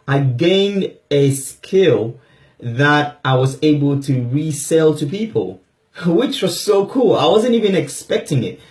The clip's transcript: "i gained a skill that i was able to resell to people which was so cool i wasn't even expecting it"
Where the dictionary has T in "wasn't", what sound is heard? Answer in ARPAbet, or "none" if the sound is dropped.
T